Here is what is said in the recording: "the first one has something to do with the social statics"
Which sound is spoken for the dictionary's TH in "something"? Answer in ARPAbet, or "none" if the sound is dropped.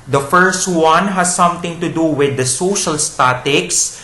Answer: T